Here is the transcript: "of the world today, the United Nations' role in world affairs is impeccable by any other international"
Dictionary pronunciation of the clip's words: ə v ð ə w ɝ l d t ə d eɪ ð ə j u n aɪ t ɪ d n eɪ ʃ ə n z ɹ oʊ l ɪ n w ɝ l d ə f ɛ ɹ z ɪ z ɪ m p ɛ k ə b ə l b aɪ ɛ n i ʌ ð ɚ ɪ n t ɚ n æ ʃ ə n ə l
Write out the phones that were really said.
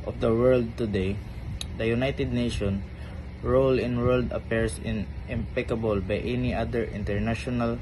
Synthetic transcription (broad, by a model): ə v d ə w ɝ l d t ə d eɪ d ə j u n aɪ t ɪ d n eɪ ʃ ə n ɹ oʊ l ɪ n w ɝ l d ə p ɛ ɹ s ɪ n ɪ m p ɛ k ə b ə l b aɪ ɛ n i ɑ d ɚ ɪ n t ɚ n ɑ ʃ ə n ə l